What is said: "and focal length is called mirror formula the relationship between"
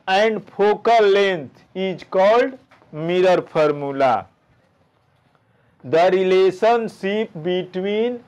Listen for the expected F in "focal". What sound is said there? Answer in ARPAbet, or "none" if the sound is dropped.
P